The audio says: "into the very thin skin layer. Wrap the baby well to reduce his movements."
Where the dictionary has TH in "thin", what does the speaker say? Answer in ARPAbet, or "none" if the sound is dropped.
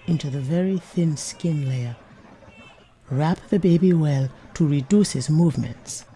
TH